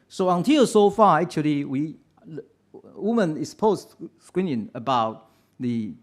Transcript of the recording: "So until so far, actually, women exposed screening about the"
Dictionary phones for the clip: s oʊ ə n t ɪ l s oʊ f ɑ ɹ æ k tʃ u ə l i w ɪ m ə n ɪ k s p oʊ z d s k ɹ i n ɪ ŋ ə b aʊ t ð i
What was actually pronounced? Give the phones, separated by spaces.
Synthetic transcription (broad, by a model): s oʊ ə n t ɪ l s oʊ f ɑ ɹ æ k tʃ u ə w i w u m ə n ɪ s p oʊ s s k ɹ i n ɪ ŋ ə b aʊ t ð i